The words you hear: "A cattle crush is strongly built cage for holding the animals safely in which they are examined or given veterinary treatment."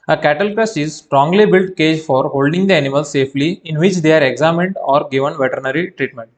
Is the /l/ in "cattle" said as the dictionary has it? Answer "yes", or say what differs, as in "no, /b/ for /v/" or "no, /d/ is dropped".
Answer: yes